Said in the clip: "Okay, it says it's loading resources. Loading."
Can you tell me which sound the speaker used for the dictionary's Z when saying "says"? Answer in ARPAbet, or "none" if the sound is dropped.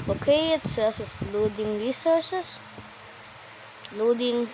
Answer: S